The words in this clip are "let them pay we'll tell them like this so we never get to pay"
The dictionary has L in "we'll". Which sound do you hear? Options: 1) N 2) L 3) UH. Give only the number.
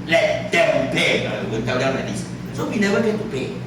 1